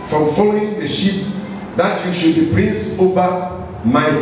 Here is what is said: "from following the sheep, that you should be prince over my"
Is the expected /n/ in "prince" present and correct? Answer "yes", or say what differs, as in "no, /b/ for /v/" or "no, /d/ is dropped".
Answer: no, /n/ is dropped